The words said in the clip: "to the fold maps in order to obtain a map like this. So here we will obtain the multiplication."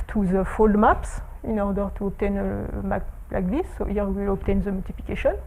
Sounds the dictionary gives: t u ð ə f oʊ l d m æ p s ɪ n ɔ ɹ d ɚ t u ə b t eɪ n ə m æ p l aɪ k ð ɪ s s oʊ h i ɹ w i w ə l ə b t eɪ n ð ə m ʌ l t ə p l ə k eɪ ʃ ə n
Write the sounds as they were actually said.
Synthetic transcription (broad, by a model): t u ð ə f oʊ l d m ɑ p s ɪ n ɔ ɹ d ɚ t u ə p t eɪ n ə m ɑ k l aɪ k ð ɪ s s oʊ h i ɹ w i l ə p t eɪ n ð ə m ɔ l t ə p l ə k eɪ ʃ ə n